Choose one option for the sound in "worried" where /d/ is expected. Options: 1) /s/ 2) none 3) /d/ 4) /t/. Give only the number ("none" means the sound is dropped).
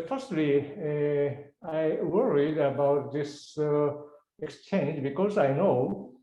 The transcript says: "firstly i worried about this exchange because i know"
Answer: 3